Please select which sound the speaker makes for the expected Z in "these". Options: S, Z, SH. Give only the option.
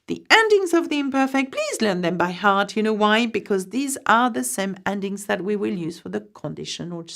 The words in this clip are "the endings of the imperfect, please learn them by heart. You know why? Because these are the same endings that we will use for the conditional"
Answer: Z